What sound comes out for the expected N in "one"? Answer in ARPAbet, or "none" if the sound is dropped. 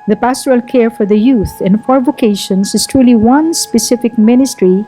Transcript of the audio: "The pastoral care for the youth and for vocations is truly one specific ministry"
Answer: N